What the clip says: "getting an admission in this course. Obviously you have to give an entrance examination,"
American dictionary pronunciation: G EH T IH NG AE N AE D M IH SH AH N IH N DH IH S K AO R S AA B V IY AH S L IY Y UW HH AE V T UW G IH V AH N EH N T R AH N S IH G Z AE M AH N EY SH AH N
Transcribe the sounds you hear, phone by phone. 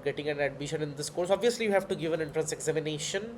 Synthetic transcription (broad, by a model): G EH T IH NG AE N AE D M IH SH AH N IH N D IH S K AO R S AA B V IY AH S L IY Y UW HH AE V T UW G IH V AH N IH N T R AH N S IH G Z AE M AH N EY SH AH N